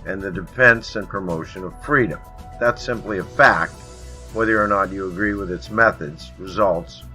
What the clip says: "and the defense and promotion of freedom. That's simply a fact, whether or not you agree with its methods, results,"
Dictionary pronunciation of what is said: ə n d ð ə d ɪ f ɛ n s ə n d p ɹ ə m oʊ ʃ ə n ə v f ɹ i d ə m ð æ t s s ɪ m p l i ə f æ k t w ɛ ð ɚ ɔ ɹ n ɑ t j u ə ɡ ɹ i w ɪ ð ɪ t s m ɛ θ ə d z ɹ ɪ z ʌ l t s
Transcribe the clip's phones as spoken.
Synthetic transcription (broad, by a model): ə n ð ə d ɪ f ɛ n s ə n p ɹ ə m oʊ ʃ ə n ə v f ɹ i d ə m ð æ t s s ɪ m p l i ə f æ k t w ɛ ð ɚ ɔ ɹ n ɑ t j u ə ɡ ɹ i w ɪ ð ɪ t s m ɛ θ ə d z ɹ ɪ z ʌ l t s